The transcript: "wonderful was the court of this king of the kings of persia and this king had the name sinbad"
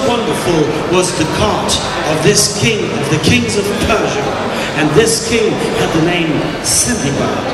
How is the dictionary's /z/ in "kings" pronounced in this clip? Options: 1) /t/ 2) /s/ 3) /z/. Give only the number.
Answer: 3